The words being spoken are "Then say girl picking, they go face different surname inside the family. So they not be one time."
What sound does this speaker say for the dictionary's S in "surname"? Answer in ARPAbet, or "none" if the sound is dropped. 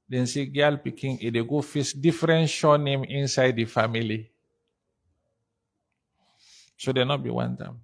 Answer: SH